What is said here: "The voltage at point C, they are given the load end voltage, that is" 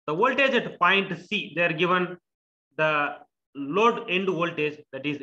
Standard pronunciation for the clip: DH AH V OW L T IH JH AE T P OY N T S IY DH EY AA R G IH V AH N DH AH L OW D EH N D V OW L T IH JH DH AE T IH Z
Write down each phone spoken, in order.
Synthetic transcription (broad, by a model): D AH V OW L T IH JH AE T P OY N T S IY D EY AA R G IH V AH N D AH L OW D EH N D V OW L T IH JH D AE T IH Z